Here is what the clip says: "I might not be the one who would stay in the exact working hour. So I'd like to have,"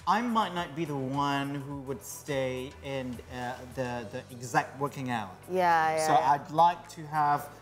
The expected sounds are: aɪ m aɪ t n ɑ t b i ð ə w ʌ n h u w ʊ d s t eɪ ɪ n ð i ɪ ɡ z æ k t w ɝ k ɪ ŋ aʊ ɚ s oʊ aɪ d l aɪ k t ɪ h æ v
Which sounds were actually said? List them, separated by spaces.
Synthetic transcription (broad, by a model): aɪ m aɪ t n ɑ t b i ð ə w ʌ n h u w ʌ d s t eɪ ɪ n ð i ɪ ɡ z æ k t w ɝ k ɪ ŋ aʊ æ s oʊ aɪ d l aɪ k t ɪ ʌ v